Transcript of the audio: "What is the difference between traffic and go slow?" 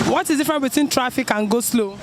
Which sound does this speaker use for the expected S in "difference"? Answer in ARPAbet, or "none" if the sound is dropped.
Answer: none